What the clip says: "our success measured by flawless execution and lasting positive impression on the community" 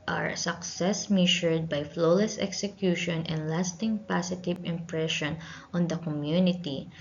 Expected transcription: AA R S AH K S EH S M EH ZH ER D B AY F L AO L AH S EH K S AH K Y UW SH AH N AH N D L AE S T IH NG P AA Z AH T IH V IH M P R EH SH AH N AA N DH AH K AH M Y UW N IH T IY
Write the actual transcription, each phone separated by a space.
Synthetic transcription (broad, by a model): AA R S AH K S EH S M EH SH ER D B AY F L AO L AH S EH K S AH K Y UW SH AH N AH N D L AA S T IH NG P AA S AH T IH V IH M P R EH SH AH N AA N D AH K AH M Y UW N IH T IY